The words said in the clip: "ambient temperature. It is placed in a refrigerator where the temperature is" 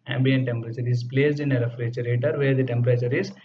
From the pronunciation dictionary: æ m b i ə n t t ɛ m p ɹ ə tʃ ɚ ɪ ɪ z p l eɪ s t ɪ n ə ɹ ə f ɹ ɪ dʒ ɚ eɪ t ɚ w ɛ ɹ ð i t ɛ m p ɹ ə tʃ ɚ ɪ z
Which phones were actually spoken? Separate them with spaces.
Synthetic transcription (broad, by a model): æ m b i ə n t t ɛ m p ɹ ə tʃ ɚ ɪ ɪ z p l eɪ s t ɪ n ə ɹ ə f ɹ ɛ tʃ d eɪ t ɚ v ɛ ɹ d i t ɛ m p ɹ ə tʃ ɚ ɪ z